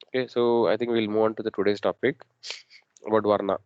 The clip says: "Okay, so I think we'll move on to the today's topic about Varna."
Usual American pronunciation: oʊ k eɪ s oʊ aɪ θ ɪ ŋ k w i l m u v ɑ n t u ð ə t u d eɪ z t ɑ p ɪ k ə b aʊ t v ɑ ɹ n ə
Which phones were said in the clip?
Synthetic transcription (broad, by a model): oʊ k eɪ s oʊ aɪ t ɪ ŋ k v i l m u v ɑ n t u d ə t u d eɪ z t ɑ p ɪ k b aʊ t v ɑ ɹ n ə